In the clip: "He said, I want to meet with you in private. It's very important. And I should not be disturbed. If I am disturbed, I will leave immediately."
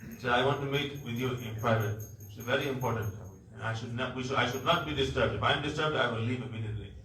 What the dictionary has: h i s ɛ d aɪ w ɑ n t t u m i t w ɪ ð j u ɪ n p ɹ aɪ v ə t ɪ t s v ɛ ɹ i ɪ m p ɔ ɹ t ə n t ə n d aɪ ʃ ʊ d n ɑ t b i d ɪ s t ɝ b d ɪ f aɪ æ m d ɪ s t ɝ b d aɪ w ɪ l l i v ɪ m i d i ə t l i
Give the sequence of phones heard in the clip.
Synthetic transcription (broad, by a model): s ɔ aɪ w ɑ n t t u m i t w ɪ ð j u ɪ n p ɹ aɪ v ə t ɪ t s v ɛ ɹ i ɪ m p ɔ ɹ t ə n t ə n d aɪ ʃ ʊ d n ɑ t b i d ɪ s t ɝ b d ɪ f aɪ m d ɪ s t ɝ b d aɪ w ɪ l l i v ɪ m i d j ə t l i